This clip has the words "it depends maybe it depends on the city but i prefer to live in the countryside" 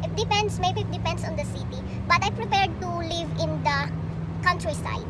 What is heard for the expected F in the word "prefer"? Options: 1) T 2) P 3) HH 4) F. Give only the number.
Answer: 2